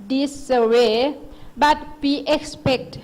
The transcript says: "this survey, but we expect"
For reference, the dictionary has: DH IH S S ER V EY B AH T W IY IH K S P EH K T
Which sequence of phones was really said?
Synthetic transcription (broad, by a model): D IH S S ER W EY B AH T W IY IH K S P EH K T